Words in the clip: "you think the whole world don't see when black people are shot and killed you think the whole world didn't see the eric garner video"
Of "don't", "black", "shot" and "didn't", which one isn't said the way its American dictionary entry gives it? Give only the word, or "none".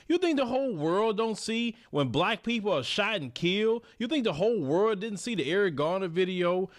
shot